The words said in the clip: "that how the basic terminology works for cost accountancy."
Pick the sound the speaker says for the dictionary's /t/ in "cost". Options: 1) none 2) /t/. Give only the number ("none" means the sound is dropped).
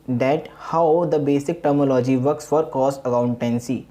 1